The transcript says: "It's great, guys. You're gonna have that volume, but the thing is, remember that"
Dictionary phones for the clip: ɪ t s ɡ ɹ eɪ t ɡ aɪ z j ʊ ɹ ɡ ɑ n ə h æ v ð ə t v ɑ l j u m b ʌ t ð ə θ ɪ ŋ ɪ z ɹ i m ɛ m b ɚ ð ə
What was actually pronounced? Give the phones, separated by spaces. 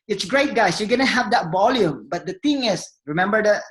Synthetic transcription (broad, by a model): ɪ t s ɡ ɹ eɪ t ɡ aɪ s j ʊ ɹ ɡ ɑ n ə h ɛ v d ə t v ɑ l j u m b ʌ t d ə t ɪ ŋ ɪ s ɹ i m ɛ m b ɚ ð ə